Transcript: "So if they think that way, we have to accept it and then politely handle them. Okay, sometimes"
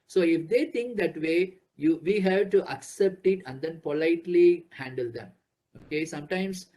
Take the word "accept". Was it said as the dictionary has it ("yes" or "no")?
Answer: yes